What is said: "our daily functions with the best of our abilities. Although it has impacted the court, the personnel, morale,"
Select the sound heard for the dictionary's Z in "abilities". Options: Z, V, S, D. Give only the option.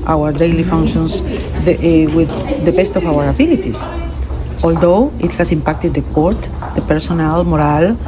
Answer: S